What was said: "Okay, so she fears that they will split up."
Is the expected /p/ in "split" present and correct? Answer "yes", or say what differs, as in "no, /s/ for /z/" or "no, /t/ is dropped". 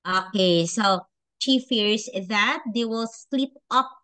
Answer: no, /p/ is dropped